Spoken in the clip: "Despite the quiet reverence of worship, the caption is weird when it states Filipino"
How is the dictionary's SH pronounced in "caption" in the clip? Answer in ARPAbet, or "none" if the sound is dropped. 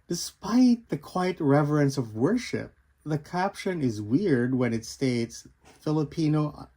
SH